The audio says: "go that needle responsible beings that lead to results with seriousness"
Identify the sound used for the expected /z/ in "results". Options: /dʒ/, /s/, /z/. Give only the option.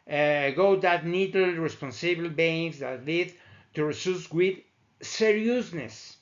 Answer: /s/